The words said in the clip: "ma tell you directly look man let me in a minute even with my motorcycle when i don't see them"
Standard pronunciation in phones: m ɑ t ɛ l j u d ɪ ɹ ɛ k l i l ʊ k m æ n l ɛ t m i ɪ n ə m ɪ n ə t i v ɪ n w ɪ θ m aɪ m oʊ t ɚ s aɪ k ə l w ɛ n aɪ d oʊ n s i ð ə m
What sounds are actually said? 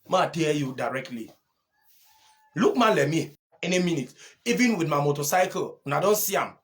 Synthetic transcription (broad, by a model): m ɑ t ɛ j u d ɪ ɹ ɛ k l i l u k m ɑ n l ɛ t m i ɪ n ə m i n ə t i v ɪ n w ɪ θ m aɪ m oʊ t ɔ s aɪ k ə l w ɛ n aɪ d oʊ n s i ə m